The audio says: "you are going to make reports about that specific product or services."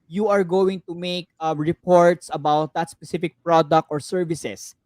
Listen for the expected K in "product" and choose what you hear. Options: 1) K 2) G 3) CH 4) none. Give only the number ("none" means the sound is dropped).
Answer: 1